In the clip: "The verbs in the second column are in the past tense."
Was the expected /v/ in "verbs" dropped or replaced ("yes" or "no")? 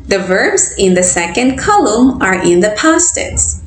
no